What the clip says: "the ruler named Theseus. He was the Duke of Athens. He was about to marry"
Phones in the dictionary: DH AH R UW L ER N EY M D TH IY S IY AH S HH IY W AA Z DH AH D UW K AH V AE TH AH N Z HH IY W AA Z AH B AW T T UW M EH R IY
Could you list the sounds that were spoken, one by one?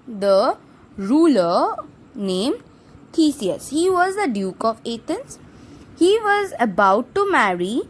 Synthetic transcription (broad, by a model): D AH R UW L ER N EY M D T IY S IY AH S HH IY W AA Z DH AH D UW K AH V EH T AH N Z HH IY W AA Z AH B AW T T UW M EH R IY